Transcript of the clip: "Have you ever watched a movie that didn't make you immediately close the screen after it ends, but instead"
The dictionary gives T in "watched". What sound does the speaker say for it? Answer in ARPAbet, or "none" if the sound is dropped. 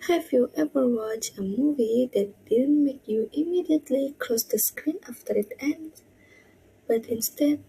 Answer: none